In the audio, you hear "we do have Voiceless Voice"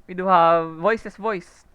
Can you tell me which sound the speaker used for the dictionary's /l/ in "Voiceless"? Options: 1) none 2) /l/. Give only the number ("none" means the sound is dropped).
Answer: 1